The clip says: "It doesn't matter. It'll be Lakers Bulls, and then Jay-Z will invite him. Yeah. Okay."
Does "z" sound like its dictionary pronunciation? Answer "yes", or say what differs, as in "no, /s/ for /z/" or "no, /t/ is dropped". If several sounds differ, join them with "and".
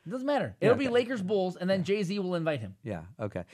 yes